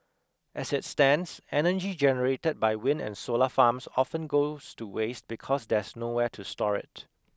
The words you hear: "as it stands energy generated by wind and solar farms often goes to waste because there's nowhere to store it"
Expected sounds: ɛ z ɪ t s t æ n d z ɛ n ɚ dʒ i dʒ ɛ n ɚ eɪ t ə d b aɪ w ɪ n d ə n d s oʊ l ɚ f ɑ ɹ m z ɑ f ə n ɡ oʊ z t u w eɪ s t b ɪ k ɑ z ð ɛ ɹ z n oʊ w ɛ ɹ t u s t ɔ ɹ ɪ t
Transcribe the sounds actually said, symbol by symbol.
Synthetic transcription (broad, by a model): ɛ s ɪ t s t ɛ n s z ɛ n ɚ dʒ i dʒ ɛ n ɚ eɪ t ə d b aɪ w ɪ n ə n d s oʊ l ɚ f ɑ m s ɑ f ə n ɡ oʊ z t u w eɪ s t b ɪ k ɑ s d ɛ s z n oʊ w ɛ t u s t ɔ ɹ ɪ t